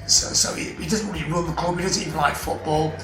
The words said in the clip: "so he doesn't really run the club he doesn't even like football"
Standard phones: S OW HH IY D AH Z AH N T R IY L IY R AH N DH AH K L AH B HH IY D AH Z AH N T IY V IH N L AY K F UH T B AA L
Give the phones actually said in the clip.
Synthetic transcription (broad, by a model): S OW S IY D AH Z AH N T R IY L IY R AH L DH AH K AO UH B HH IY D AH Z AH N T IY V IH N L AY K F UH T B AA L